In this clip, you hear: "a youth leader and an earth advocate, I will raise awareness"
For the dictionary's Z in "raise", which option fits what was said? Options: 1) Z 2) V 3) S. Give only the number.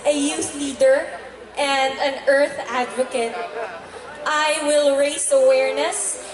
3